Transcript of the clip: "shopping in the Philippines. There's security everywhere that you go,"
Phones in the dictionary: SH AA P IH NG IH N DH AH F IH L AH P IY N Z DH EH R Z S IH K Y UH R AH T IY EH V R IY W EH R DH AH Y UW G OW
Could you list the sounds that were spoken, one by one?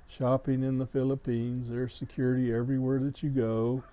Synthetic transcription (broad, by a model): SH AA P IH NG IH N DH AH F IH L AH P IY N Z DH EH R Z S IH K Y UH R AH T IY EH V R IY W EH R DH AH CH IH G OW